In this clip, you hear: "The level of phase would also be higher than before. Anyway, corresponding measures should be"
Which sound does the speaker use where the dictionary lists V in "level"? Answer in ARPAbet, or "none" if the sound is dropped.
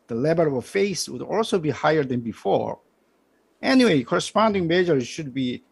B